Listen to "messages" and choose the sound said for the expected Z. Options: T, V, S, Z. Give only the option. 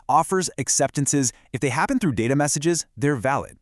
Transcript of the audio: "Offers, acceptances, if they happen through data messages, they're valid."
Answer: Z